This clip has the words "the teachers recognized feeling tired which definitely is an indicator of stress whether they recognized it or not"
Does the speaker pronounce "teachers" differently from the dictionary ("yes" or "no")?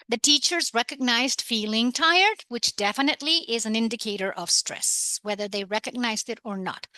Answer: no